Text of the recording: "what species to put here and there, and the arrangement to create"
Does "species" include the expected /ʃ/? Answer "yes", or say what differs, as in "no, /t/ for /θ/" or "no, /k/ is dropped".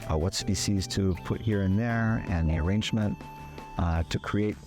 no, /s/ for /ʃ/